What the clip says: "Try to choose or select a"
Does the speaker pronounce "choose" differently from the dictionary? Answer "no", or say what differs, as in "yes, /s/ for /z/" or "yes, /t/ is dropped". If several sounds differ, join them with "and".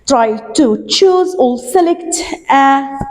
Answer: no